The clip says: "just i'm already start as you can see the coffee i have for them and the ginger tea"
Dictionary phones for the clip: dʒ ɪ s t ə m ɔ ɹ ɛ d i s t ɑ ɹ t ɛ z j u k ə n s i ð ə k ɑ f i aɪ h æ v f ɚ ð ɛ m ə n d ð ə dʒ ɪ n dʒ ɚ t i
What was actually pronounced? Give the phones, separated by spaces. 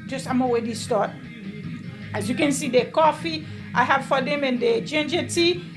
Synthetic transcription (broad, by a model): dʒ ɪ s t ə m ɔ w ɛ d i s t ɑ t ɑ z j u k ə n s i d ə k ɑ f i aɪ h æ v f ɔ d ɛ m ə n d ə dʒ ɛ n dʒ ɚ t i